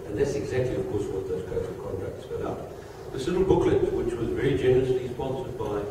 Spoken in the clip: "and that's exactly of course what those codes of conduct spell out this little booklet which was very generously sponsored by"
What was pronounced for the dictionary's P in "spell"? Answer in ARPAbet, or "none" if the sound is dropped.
F